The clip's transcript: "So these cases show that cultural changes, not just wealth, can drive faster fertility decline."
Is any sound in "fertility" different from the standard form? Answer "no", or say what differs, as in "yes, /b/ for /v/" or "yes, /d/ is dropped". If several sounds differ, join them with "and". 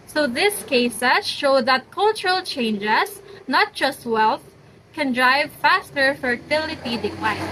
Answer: no